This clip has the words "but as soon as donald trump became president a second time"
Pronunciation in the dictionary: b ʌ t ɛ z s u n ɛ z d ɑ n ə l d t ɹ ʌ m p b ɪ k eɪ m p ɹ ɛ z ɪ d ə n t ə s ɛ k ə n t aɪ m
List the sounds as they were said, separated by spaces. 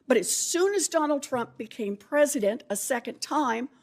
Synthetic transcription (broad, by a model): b ʌ t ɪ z s u n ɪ z d ɑ n l d t ɹ ʌ m p b ɪ k eɪ m p ɹ ɛ z ɪ d ə n t ə s ɛ k ə n t aɪ m